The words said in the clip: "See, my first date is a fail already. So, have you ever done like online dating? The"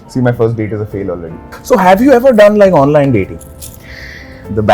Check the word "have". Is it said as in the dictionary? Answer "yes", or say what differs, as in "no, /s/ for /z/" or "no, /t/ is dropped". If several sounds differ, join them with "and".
yes